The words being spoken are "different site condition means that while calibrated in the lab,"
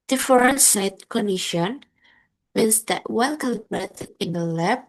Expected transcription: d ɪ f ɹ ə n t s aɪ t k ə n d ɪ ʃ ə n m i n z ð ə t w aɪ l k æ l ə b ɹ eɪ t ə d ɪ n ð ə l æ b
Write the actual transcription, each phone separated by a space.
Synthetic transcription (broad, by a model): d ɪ f ɹ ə n s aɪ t k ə n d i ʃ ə n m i n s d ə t w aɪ n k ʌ l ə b ɹ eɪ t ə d ɪ n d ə l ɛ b